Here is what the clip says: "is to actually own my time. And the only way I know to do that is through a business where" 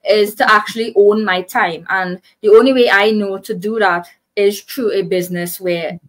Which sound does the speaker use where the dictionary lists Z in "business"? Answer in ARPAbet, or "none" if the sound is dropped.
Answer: Z